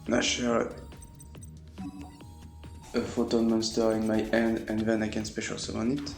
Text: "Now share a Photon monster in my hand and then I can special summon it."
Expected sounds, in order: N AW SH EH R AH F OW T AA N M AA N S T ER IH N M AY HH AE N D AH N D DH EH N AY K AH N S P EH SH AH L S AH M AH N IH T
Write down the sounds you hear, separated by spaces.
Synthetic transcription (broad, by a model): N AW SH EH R AH F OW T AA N M AA N S T ER IH N M AY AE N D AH N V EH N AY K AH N S P EH SH AH L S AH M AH N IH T